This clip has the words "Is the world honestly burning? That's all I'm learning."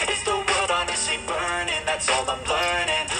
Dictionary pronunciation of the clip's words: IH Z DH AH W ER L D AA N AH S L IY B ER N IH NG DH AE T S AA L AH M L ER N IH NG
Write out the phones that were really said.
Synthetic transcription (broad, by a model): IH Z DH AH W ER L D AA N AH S IY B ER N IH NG DH AE T S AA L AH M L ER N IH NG